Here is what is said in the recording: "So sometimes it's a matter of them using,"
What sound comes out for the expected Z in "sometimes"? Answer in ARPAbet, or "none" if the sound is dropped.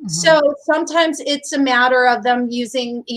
Z